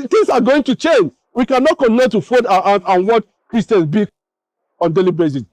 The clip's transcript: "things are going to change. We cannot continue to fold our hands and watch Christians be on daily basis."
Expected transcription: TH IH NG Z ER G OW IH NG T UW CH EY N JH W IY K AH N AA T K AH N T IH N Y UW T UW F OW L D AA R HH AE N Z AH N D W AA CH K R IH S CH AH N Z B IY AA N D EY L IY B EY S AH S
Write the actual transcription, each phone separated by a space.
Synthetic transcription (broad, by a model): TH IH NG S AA G OW IH NG T UW CH EY N JH W IY K AH N AA T K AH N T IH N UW T UW F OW D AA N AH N W AA CH K R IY S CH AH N S B IY AA N D EY L IY B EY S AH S